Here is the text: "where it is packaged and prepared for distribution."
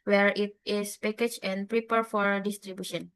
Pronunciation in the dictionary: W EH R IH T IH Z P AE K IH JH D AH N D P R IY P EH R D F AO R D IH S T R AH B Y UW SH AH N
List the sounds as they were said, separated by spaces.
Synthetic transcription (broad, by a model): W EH R IH T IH S P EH K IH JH AH N P R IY P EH R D F AO R D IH S T R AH B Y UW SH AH N